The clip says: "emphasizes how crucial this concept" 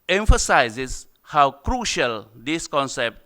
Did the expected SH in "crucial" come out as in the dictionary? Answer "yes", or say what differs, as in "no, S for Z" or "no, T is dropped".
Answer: yes